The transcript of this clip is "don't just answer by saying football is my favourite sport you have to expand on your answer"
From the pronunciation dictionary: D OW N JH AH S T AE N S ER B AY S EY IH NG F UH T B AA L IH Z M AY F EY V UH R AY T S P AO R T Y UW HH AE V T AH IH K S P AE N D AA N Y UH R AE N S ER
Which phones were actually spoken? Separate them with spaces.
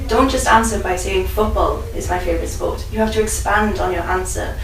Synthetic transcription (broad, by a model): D OW N JH AH S T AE N S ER B AY S EY IH NG F UH T B AA L IH Z M AY F EY V R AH T S P AO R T Y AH HH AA F T AH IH K S P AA N D N Y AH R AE N S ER